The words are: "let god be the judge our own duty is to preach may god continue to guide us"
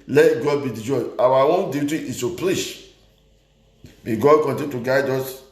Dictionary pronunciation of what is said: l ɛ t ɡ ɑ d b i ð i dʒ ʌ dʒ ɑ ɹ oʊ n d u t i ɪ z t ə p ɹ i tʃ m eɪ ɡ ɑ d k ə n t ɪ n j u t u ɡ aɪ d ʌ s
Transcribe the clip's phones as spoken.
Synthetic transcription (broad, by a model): l ɛ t ɡ ɑ d b i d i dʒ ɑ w ɑ w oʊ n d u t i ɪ s t ə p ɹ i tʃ m eɪ ɡ ɑ d k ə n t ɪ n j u t u ɡ aɪ d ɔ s